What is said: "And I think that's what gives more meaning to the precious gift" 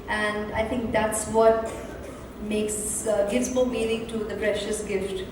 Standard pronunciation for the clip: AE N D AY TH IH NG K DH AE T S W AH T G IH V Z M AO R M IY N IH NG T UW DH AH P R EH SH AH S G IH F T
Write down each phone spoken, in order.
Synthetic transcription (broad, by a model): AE N D AY T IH NG K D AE T S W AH T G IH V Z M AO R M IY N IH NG T UW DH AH P R EH SH AH S G IH F T